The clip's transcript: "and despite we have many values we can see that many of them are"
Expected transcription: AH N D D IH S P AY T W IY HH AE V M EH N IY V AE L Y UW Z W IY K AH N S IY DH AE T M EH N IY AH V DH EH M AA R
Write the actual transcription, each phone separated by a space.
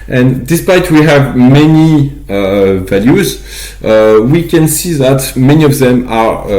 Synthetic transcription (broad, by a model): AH N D D IH S P AY T W IY HH AE V M EH N IY V AE L Y UW Z W IY K AH N S IY DH AE T M EH N IY AH V DH EH M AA R